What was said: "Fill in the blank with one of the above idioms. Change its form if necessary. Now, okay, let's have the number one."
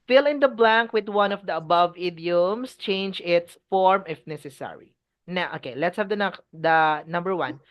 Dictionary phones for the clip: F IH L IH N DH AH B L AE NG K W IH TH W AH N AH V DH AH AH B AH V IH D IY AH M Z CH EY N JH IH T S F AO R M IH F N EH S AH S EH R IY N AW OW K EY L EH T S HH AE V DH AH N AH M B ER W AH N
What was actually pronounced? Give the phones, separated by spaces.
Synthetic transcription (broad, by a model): F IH L IH N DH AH B L AE NG K W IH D W AH N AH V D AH AH B AH V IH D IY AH M S CH EY N JH IH T S F AO R M IH F N EH S AH S EH R IY N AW OW K EY L EH T S HH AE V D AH N AH M B ER W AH N